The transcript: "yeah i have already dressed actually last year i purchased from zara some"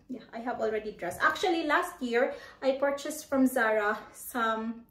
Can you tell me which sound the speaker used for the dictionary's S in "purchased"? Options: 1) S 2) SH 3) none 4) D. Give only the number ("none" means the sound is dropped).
1